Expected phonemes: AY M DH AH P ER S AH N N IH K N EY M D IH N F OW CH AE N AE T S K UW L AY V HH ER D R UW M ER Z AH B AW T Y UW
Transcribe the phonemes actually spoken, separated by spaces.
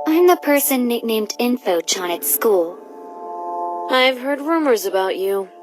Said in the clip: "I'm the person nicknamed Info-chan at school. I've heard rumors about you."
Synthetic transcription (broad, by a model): AY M DH AH P ER S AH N N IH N EY M D IH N F OW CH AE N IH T S K UW L AY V HH ER D R UW M ER Z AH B AW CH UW